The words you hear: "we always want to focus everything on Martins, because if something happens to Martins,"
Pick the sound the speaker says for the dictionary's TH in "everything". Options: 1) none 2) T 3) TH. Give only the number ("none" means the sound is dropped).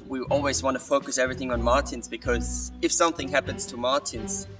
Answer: 3